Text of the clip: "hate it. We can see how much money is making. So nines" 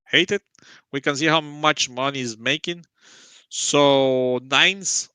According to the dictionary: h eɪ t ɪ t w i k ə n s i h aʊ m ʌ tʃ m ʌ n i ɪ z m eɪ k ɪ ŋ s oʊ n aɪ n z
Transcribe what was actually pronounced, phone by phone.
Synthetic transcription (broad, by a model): h eɪ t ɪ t w i k ə n s i h aʊ m ʌ tʃ m ʌ n i ɪ z m eɪ k ɪ ŋ s oʊ n aɪ n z